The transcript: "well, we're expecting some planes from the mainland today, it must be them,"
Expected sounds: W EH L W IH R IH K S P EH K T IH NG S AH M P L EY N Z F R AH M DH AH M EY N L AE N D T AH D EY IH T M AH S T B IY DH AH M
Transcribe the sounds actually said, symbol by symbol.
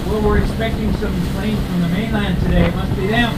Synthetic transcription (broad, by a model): W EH L W IH R IH K S P EH K T IH NG S AH M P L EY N F R AH M DH AH M EY N L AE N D T AH D EY IH T M AH S T B IY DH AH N